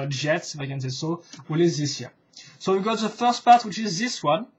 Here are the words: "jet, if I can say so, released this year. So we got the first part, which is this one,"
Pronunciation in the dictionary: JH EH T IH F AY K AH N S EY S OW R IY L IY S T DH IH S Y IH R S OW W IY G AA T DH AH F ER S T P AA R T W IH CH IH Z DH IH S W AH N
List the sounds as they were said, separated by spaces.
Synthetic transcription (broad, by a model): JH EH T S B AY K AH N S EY S OW W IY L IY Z DH IH S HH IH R S OW W IY G AA T DH AH F ER S T P AA R T W IH CH IH Z DH IH S W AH N